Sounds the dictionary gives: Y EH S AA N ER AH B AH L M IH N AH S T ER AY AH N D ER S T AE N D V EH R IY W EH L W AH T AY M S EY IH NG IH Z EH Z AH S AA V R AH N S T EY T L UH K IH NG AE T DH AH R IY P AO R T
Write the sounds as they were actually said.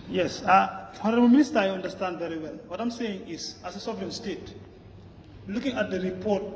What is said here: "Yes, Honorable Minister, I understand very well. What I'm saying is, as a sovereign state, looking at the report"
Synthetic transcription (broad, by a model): Y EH S AA N ER AH B AH L M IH N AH S T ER AY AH N D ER S T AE N D V EH R IY W EH L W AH T AY M S EY IH NG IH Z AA S AH S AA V R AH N S T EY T L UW K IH NG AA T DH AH R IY P AO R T